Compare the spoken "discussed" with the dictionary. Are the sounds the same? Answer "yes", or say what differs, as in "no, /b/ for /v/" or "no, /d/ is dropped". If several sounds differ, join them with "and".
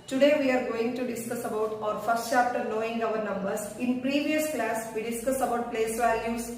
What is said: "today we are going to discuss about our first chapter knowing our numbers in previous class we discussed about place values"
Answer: no, /t/ is dropped